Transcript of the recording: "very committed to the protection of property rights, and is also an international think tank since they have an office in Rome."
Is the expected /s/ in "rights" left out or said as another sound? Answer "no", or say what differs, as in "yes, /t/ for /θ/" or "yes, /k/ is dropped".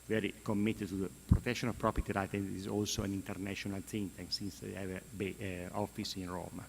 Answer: yes, /s/ is dropped